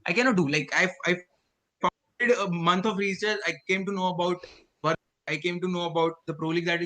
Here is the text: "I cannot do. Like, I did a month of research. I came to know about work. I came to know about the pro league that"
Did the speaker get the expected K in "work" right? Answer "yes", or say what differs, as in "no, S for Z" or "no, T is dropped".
no, K is dropped